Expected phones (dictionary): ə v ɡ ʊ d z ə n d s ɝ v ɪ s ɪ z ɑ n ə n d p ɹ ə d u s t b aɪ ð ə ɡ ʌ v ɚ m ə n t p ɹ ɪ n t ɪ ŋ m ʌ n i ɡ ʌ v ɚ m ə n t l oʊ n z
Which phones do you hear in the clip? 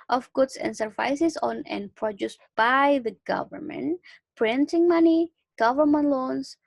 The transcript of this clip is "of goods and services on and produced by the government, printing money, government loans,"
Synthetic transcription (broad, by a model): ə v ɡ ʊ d s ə n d s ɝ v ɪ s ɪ s ɑ n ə n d p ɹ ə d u s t b aɪ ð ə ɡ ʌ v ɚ m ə n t p ɹ ɪ n t ɪ ŋ m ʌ n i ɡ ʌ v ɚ m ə n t l oʊ n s